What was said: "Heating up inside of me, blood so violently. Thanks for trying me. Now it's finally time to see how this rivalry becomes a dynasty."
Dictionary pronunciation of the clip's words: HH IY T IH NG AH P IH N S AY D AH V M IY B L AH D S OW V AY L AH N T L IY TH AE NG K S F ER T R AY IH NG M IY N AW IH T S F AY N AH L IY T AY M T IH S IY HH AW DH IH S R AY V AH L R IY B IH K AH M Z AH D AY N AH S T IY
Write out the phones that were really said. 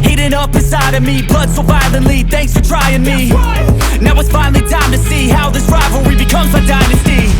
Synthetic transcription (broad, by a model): HH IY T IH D AH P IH S AY D AH V M IY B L AH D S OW V AY L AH N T L IY TH AE NG K S F ER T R AY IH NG M IY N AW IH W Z F AY N L IY T AY M T IH S IY HH AW DH IH S R AY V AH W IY B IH K AH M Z AH D AY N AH S T IY